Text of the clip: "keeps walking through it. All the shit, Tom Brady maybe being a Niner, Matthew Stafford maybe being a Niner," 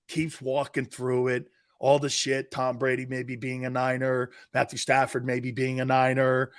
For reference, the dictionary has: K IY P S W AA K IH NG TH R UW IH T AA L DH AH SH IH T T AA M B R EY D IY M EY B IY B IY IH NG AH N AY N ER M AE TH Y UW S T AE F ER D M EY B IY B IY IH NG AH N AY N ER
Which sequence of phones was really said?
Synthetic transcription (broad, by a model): K IY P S W AA K IH NG TH R UW IH T AA L DH AH SH IH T T AA M B R EY D IY M EY B IY B IY IH NG AH N AY N ER M AE TH Y UW S T AE F ER D M EY B IY B IY IH NG AH N AY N ER